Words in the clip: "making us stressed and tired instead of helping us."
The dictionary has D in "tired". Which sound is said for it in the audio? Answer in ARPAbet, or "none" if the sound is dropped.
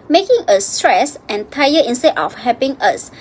none